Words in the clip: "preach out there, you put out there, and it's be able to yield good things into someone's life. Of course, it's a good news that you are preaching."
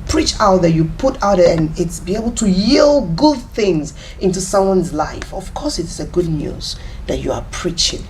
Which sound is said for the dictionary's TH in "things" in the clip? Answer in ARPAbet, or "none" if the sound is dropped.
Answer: TH